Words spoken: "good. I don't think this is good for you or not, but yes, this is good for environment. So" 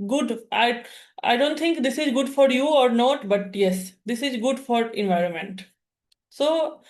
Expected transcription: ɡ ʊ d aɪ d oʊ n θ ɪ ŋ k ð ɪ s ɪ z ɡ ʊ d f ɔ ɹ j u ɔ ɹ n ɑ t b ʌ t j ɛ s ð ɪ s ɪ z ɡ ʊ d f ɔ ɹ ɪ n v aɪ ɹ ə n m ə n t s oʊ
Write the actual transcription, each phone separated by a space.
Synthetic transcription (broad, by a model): ɡ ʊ d aɪ d oʊ n t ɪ ŋ k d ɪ s ɪ z ɡ ʊ d f ɔ ɹ j u ɔ ɹ n ɑ t b ʌ t j ɛ s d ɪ s ɪ z ɡ ʊ d f ɔ ɹ ɪ n v aɪ ɹ ə n m ə n t s oʊ